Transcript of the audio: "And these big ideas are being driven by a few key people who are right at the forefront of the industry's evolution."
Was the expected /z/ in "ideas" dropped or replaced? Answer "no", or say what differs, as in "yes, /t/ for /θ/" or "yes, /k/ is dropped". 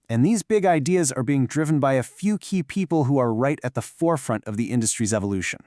no